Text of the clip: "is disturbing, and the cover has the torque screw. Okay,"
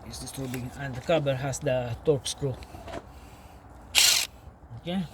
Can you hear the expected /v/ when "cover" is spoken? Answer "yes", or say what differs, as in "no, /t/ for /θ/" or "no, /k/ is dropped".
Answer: no, /b/ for /v/